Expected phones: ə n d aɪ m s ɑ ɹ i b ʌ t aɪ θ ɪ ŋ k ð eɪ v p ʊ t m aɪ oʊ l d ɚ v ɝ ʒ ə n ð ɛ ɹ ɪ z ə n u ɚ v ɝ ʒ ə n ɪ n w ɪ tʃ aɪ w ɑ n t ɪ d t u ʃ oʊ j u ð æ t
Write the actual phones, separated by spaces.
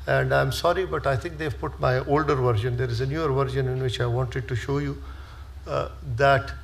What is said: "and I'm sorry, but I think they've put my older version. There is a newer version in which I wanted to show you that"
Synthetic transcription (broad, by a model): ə n d aɪ m s ɑ ɹ i b ʌ t aɪ t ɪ ŋ k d eɪ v p ʊ t m aɪ oʊ l d ɚ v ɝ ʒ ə n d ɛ ɹ ɪ z ə n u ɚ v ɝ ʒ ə n ɪ n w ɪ tʃ aɪ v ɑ n t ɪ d t u ʃ oʊ j u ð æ t